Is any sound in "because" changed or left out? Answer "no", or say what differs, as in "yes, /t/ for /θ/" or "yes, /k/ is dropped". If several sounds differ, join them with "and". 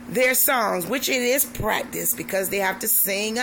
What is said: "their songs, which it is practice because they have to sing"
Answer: no